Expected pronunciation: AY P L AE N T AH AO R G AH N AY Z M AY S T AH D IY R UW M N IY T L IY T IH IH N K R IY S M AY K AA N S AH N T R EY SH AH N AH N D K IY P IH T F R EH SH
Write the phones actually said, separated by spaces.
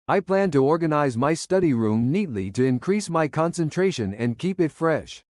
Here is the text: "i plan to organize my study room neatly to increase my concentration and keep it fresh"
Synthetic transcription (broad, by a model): AY P L AE N T AH AO R G AH N AY Z M AY S T AH D IY R UW M N IY T L IY T IH IH N K R IY S M AY K AA N S AH N T R EY SH AH N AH N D K IY P IH T F R EH SH